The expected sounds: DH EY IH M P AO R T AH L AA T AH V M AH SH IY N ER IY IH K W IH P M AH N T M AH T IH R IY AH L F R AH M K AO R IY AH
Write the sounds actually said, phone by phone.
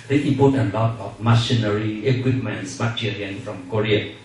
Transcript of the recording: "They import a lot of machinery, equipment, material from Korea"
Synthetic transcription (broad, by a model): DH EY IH P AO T AH L AA T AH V M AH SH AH N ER IY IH K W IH P M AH N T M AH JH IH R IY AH N F R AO M K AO R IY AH